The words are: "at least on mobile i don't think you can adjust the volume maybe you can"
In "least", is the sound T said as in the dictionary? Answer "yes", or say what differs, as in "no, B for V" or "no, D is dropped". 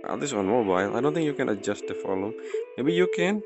no, T is dropped